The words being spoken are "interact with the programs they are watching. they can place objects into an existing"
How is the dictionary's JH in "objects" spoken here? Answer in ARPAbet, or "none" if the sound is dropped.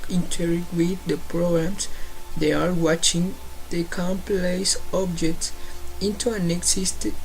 JH